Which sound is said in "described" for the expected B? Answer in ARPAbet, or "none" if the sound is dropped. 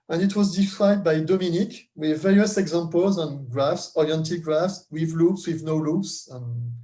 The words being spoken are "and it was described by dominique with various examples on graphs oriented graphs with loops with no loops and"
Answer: none